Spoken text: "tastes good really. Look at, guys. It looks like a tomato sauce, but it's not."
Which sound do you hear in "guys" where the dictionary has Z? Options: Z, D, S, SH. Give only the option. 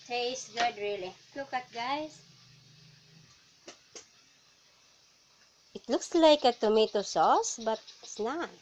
S